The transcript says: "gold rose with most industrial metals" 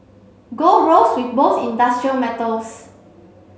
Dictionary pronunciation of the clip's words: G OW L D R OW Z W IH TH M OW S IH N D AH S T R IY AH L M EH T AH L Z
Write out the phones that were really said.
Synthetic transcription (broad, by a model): G OW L R OW S W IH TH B OW TH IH N D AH S T R IY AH L M EH T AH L S